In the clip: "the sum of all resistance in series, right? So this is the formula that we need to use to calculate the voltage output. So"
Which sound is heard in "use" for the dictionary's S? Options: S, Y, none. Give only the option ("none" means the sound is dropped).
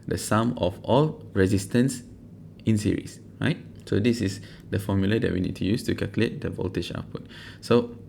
S